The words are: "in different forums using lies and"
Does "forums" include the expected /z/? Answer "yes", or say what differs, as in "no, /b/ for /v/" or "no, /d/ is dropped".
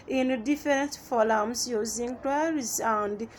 no, /s/ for /z/